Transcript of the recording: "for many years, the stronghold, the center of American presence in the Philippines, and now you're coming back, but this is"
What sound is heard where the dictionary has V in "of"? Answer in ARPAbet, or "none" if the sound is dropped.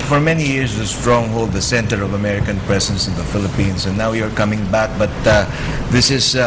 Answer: V